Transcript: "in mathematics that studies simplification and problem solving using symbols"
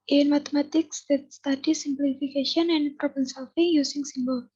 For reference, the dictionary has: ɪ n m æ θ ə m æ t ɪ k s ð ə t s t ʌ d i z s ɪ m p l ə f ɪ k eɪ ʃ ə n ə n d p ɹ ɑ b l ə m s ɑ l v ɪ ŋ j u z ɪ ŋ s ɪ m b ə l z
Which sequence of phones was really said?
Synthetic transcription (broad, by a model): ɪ n m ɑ t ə m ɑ t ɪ k s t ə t s t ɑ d i s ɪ m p l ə f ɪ k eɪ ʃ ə n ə n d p ɹ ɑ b ə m s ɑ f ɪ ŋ j u s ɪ ŋ s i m b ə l